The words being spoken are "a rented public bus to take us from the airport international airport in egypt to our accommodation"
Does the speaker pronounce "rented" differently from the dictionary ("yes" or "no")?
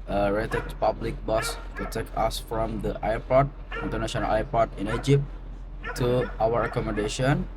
yes